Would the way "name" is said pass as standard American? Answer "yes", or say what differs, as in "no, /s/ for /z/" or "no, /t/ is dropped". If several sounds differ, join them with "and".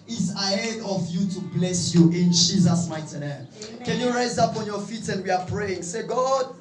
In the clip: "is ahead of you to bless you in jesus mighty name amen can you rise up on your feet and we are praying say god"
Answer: no, /m/ is dropped